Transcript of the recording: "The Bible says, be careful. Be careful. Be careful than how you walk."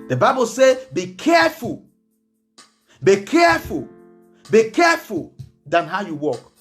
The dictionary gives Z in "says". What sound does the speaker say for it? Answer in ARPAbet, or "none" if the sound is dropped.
none